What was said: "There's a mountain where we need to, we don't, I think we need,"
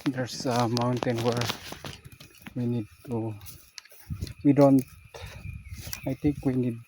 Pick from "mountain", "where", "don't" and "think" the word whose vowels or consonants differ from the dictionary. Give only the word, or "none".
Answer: think